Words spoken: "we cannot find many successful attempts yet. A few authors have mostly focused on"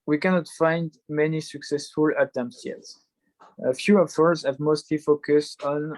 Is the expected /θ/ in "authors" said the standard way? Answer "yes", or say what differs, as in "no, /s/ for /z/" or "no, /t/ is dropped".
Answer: no, /f/ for /θ/